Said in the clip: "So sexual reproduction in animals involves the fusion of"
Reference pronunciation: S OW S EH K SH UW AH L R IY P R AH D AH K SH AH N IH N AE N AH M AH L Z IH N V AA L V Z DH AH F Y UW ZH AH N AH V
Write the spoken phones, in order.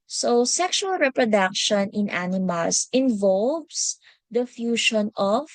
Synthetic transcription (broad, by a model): S OW S EH K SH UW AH L R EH P R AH D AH K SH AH N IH N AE N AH M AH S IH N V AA L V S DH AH F Y UW SH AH N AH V